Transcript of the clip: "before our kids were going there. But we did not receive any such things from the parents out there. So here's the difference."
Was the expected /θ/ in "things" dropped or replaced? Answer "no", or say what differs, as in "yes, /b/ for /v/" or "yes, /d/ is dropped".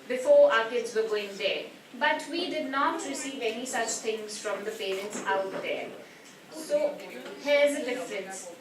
yes, /t/ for /θ/